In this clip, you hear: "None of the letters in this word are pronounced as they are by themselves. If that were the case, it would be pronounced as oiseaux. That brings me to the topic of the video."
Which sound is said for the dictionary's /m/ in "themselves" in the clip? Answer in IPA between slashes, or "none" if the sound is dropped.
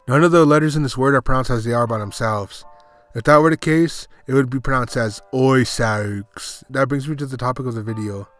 /m/